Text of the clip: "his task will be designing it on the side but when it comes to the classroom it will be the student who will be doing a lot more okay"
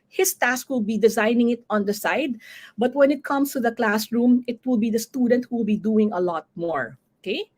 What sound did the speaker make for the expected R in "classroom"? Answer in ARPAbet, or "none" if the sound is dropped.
R